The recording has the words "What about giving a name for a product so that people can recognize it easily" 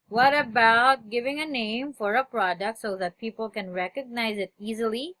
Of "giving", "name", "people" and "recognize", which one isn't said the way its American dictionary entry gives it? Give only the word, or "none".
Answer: none